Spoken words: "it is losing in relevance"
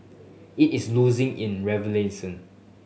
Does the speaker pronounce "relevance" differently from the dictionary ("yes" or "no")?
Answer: yes